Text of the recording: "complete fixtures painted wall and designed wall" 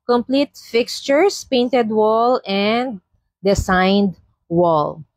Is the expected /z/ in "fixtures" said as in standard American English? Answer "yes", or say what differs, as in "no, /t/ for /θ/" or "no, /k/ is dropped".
no, /s/ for /z/